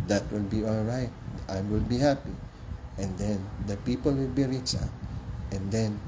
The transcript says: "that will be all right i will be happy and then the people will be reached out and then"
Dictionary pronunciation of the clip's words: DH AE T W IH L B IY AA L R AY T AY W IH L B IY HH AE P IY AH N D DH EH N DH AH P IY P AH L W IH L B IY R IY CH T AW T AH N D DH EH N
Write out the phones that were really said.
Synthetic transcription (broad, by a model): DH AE T W IH L B IY AA L R AY T AY W IH L B IY HH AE P IY AH N D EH N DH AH P IY P AH L W IH L B IY R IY CH AW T AH N D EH N